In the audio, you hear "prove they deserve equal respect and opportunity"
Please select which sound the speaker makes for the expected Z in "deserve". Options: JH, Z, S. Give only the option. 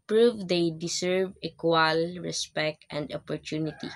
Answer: S